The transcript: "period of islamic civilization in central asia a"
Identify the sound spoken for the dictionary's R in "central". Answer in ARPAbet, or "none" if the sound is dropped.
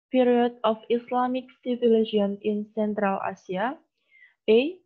R